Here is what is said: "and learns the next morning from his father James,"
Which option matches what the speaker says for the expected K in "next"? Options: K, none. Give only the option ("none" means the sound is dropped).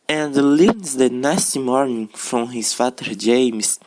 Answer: none